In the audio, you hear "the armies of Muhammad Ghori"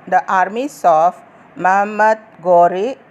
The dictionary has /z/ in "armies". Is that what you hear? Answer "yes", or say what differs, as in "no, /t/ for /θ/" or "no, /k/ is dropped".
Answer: no, /s/ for /z/